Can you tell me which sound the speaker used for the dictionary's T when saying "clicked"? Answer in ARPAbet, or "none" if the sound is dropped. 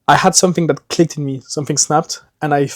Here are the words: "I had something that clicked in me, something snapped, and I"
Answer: T